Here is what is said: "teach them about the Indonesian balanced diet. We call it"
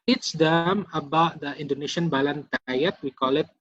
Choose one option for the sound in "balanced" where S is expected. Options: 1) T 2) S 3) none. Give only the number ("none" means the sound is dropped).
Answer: 3